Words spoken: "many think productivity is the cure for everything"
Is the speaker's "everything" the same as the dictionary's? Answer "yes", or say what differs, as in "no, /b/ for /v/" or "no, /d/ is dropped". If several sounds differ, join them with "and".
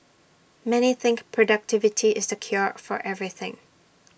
yes